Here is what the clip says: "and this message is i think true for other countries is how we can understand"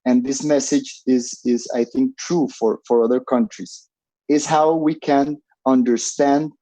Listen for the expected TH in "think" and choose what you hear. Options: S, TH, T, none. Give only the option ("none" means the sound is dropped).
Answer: TH